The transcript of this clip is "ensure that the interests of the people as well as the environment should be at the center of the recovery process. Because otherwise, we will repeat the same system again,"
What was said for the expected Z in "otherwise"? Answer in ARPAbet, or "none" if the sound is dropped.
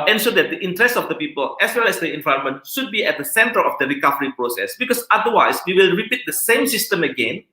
S